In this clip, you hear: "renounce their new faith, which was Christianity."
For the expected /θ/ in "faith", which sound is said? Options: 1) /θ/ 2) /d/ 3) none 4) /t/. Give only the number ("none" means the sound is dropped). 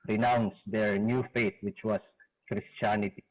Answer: 4